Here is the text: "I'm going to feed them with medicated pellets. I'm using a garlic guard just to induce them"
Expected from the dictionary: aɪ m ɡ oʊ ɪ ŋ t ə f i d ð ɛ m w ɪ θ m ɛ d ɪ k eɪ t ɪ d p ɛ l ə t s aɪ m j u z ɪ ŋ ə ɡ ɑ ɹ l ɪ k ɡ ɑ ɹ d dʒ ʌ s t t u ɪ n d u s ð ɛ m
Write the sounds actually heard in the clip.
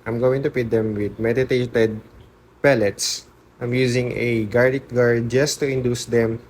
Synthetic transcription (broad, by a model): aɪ m ɡ oʊ ɪ ŋ t ə p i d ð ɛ m w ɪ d m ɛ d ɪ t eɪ t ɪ d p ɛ l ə t s aɪ m j u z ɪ ŋ ə ɡ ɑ ɹ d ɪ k ɡ ɑ ɹ d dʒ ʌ s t t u ɪ n d u s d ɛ m